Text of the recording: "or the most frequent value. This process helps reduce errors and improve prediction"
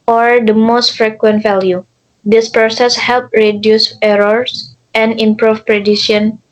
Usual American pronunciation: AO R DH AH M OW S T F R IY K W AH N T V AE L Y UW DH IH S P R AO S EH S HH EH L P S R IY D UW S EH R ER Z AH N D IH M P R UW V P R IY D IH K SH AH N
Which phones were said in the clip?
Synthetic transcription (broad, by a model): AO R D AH M OW S T F R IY K W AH N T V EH L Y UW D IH S P R AO S EH S HH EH L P R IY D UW S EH R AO S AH N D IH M P R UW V P R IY D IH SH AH N